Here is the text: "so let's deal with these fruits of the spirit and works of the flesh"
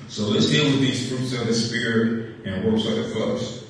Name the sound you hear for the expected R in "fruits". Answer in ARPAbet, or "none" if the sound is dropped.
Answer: R